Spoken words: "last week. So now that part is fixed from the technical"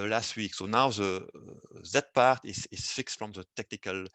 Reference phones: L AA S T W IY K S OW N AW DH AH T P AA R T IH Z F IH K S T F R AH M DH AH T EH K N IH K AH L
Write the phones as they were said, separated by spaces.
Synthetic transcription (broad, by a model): L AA S T W IY K S OW N AW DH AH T P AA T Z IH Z F IH K S T F R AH M DH AH T EH K N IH K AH L